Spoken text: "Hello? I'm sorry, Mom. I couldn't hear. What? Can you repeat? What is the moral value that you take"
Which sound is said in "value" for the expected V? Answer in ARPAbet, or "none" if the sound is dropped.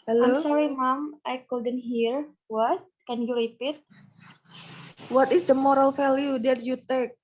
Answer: F